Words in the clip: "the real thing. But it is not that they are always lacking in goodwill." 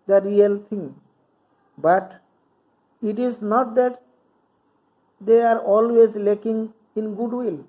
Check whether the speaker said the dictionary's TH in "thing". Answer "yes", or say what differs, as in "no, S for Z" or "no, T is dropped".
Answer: no, T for TH